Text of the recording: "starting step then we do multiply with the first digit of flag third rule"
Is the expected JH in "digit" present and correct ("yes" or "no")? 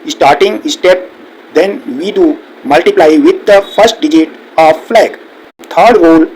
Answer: yes